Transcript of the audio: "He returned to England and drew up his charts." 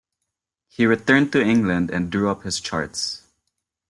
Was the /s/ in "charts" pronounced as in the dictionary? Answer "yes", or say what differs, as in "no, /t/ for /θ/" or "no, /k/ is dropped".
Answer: yes